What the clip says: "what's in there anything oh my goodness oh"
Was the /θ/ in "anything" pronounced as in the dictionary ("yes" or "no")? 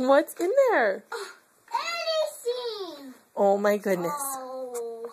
no